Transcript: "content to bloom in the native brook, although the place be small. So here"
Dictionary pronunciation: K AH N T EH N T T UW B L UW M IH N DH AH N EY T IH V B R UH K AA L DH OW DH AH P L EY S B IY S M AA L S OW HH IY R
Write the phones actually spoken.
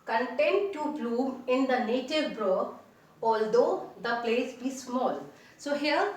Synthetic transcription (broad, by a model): K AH N T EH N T T UW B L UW IH N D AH N EY T IH V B R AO AA L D OW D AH P L EY S B IY S M AA L S OW HH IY R